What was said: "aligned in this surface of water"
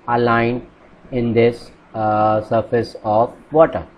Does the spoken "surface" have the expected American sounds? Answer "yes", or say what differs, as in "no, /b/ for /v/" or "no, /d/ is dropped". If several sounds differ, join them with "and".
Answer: yes